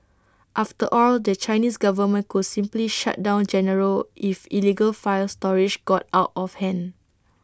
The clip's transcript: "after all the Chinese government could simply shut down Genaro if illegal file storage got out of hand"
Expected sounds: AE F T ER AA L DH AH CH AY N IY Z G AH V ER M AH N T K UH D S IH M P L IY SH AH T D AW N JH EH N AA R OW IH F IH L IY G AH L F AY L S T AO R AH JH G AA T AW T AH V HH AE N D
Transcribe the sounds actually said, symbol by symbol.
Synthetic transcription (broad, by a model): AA F T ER AA L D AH CH AY N IY S G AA V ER M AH N K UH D S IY M P L IY SH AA T D AW N JH EH N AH R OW IH F IH L IY G AH L F AY L S T AO R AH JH G AA T AW T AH F HH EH N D